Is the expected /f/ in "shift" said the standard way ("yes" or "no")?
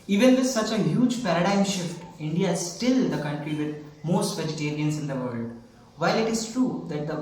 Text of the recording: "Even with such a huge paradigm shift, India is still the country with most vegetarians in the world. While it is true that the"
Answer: yes